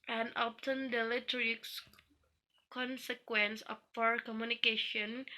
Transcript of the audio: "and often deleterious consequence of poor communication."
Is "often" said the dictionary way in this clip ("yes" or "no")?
no